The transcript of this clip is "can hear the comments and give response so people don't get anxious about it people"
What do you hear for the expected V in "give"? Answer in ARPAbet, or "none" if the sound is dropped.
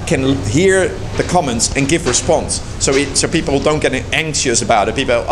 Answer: V